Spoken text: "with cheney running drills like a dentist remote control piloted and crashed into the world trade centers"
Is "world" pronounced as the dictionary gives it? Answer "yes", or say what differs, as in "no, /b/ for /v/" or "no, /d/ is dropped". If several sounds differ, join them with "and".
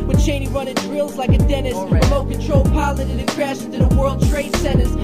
yes